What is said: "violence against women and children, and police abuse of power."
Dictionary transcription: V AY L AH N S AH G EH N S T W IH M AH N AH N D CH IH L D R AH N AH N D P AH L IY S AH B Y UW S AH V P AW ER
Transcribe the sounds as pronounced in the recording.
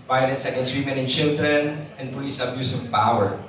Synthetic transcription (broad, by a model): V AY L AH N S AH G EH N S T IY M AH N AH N CH IH L D R AH N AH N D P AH IY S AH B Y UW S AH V P AW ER